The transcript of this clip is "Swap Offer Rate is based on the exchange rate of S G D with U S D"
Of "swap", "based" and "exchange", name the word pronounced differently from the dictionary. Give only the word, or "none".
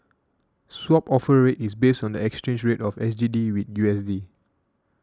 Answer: none